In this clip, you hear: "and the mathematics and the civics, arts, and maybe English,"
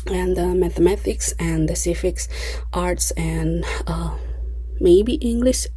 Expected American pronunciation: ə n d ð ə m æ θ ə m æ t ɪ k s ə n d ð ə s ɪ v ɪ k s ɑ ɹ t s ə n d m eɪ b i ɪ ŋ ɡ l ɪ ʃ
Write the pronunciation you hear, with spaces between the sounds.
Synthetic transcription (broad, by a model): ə n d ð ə m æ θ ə m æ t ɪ k s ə n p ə s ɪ f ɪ k s ɑ ɹ t s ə n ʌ m eɪ b i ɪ ŋ ɡ l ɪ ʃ